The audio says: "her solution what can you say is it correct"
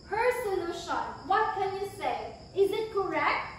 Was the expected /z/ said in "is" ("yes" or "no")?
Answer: yes